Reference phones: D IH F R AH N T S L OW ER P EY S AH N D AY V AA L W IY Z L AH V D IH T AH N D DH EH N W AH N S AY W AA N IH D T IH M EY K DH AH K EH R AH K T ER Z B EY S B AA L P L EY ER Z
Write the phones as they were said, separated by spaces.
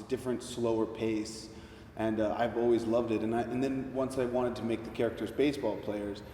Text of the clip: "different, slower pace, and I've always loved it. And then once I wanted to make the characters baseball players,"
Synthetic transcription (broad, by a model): D IH F R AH N T S L OW ER P EY S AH N AY V AA L W IY Z L AH V D IH T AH N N DH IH N W AH N S AY W AA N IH D T IH M EY K DH AH K EH R AH K T ER Z B EY S B AA L P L EY ER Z